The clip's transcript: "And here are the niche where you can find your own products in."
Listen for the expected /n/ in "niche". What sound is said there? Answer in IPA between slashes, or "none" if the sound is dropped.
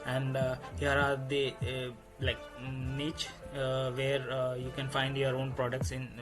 /l/